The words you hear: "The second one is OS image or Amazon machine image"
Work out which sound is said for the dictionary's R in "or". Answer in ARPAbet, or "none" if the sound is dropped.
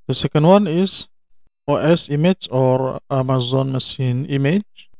R